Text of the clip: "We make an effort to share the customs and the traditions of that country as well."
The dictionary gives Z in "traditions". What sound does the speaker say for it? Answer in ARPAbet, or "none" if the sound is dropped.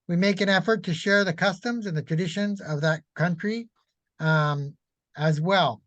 Z